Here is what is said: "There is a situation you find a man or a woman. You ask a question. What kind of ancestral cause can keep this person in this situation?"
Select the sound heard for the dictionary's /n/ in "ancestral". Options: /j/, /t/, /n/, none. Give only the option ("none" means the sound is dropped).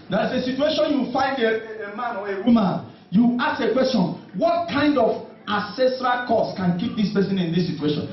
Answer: none